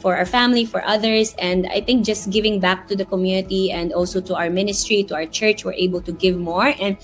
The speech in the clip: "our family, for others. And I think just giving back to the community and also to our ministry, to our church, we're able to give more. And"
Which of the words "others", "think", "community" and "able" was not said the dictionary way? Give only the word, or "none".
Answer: others